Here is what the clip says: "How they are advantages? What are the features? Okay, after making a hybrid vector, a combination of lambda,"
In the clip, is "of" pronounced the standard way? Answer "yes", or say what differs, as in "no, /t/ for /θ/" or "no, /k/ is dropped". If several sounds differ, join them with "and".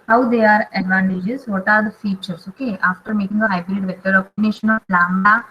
no, /p/ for /v/